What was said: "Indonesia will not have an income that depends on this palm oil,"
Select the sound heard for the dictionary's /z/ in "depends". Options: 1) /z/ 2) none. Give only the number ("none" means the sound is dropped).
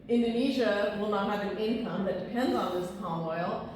1